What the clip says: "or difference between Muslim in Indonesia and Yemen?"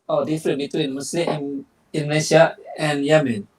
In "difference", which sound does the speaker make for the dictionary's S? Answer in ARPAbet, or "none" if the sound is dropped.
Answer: none